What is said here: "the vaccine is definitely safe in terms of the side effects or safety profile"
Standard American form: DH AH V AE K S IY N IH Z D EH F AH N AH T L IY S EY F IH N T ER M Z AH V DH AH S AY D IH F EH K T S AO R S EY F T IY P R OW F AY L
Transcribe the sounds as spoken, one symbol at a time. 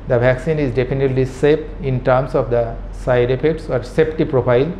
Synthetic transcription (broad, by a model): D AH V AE K S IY N IH Z D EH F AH N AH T L IY S EY P IH N T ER M S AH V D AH S AY D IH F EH K T S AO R S EY P T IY P R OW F AY L